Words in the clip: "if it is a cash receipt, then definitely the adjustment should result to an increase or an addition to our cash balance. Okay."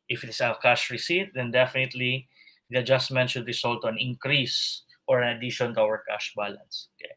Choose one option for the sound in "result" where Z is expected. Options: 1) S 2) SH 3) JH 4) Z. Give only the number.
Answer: 1